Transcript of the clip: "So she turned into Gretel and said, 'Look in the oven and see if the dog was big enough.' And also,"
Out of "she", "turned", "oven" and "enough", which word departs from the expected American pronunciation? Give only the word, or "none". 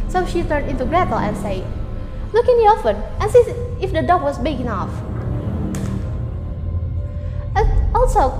oven